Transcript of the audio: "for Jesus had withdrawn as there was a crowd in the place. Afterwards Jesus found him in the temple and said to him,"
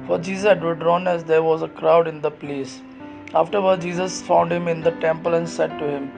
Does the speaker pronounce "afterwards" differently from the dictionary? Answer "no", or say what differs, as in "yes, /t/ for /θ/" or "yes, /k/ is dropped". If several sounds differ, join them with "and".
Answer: yes, /z/ is dropped